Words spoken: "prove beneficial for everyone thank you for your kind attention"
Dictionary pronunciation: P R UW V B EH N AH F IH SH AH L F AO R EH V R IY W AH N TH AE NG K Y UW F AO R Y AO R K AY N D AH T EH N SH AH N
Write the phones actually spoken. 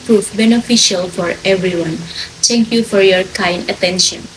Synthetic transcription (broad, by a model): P R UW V B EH N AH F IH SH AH L F AO R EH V R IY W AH N T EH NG K Y UW F AO R Y AO R K AY N D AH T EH N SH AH N